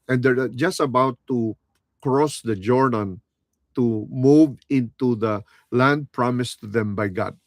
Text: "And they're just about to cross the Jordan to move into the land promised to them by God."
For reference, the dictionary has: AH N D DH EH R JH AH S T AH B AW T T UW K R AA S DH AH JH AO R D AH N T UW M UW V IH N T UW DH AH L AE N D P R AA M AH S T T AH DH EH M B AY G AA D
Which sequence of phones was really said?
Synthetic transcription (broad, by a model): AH N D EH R JH AH S T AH B AW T T UW K R AA S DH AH JH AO R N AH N T UW M UW V IH N T UW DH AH L AE N D P R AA M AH S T T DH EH M B AY G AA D